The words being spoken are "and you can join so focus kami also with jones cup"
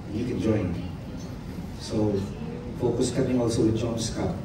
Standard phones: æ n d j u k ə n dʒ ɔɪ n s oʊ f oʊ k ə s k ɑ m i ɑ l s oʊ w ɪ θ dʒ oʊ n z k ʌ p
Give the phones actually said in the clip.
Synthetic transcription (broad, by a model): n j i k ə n dʒ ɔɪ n s oʊ f oʊ k ə s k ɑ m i ɑ l s oʊ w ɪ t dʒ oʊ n s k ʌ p